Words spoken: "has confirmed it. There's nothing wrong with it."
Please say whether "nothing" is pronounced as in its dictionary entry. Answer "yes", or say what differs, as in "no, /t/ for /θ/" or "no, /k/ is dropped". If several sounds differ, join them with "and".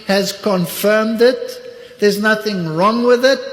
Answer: yes